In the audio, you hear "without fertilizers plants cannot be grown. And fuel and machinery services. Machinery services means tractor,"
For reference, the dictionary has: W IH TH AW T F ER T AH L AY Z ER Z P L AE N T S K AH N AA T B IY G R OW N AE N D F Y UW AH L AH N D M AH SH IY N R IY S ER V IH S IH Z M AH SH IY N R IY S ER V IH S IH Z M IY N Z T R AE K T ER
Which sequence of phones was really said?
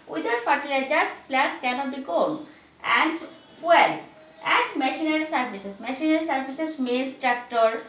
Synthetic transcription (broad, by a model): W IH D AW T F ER T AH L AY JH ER S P L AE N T S K AH N AA T B IY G OW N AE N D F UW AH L AH N D M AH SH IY N R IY S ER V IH S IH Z M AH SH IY N R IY S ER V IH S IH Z M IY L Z T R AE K T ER